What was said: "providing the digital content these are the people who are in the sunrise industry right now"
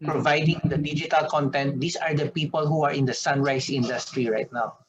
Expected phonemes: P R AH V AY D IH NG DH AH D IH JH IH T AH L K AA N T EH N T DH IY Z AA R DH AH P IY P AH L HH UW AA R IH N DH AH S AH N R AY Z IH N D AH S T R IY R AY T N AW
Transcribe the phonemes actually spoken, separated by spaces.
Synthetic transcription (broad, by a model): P R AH V AY D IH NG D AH D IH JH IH T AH L K AA N T EH N T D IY S AA R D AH P IY P AH L HH UW AA R IH N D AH S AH N R AY S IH N D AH S T R IY R AY T N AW